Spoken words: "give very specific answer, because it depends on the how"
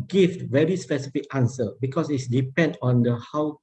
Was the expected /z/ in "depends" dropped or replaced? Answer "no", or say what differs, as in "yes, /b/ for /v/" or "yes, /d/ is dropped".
yes, /z/ is dropped